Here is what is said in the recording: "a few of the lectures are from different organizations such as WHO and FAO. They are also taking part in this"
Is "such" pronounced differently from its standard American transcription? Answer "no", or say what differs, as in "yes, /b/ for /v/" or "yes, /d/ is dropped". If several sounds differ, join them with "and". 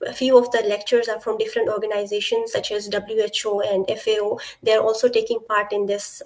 no